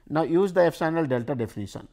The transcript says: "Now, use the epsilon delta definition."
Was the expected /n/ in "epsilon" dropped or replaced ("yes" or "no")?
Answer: yes